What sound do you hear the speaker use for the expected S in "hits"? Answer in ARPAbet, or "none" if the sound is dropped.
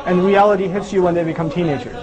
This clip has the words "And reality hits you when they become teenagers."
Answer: S